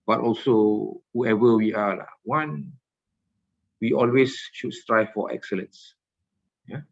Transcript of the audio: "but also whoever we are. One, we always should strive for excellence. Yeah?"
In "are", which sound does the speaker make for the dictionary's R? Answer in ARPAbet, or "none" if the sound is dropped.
L